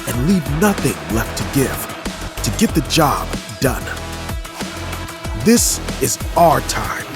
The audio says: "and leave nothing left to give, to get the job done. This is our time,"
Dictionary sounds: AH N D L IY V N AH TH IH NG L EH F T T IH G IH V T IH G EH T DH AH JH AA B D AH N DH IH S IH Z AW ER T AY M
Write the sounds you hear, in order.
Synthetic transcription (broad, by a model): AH N L IY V N AH TH IH NG L EH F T T IH G IH V T IH G EH T DH AH JH AA B D AH N DH IH S IH Z AW ER T AY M